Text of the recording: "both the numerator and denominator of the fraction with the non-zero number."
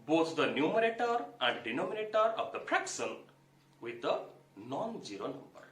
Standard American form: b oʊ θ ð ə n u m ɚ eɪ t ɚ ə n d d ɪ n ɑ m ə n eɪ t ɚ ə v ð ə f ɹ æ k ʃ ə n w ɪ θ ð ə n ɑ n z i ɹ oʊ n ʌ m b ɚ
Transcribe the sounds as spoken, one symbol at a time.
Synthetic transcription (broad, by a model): b oʊ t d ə n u m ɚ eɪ t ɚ ə n d d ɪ n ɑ m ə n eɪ t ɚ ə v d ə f ɹ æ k s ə n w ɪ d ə n ɑ n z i ɹ oʊ n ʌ m b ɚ